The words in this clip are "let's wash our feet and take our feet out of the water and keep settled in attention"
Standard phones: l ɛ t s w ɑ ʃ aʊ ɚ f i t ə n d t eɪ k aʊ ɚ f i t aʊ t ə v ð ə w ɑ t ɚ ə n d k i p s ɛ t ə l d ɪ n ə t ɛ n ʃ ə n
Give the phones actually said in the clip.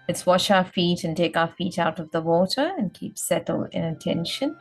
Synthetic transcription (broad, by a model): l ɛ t s w ɑ ʃ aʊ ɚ f i t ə n t eɪ k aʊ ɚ f i t aʊ t ə v ð ə w ɑ t ɚ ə n k i p s ɛ t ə l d ɪ n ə t ɛ n ʃ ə n